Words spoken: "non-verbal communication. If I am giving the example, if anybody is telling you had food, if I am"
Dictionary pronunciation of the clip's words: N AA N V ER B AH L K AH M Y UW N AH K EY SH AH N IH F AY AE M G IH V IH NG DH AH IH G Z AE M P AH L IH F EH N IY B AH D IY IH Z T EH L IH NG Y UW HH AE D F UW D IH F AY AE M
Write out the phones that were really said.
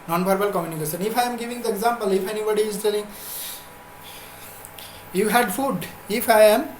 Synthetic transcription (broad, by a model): N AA N P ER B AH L K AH M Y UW N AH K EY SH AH N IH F AY M G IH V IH NG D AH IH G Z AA M P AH L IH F EH N IY B AH D IY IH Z T EH L IH NG Y UW HH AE D F UW D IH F AY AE M